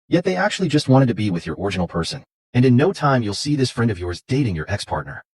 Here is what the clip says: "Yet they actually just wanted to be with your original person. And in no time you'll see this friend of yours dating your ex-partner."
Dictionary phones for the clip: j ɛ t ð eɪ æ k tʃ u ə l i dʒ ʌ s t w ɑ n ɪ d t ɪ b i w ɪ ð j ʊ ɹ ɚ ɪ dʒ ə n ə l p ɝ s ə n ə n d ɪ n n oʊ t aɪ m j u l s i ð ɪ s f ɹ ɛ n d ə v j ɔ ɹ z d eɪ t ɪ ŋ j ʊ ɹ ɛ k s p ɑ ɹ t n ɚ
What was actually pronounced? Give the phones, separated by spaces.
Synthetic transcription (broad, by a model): j ɛ t ð eɪ æ k tʃ u ə l i dʒ ʌ s t w ɑ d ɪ d t ɪ b i w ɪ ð j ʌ ɹ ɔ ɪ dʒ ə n l p ɝ s ə n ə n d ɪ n n oʊ t aɪ m j u l s i ð ɪ s f ɹ ɛ n d ə v j ɔ ɹ z d eɪ t ɪ ŋ j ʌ ɹ ɛ k s p ɑ ɹ t n ɚ